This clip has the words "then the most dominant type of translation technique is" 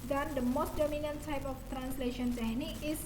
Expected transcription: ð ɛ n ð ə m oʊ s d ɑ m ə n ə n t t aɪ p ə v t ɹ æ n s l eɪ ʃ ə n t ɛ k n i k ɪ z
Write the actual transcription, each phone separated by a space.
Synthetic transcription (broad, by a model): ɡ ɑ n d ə m oʊ s d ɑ m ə n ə n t t aɪ p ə f t ɹ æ n s l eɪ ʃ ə n s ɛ n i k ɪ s